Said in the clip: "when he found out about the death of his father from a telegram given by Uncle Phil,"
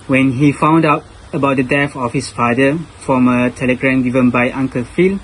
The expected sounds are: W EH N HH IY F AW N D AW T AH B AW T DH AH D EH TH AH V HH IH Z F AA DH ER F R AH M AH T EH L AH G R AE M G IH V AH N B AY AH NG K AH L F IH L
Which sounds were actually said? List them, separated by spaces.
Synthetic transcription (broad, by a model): W EH N HH IY F AW N D AW T AH B AW T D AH D EH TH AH F HH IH S F AA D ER F R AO M AH T EH L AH G R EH M G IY V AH N B AY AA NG K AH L F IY L